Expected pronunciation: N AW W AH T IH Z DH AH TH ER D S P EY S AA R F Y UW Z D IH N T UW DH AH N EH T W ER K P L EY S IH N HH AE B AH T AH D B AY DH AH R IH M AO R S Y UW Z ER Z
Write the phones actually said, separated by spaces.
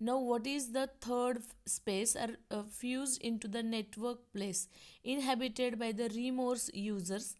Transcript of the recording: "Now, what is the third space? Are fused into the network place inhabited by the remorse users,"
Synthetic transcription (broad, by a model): N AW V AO T IH Z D AH T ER D S P EY S AA R F Y UW Z D IH N T UW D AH N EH T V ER K P L EY S IH N HH AE B AH T AH D B AY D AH R IH M AO R S Y UW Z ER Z